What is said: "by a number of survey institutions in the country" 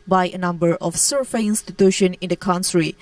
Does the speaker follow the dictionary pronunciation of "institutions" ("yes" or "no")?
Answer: no